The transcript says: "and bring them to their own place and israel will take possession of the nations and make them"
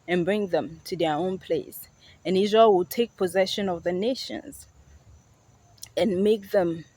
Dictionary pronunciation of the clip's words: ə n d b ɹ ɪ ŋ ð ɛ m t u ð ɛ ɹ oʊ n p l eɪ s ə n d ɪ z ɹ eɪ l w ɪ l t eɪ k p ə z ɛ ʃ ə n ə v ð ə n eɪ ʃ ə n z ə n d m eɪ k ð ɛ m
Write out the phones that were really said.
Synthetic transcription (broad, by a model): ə n b ɹ ɪ ŋ ð ɛ m t u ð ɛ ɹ oʊ n p l eɪ s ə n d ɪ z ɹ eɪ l w ɪ l t eɪ k p ə z ɛ ʃ ə n ə v ð ə n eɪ ʃ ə n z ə n m eɪ k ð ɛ m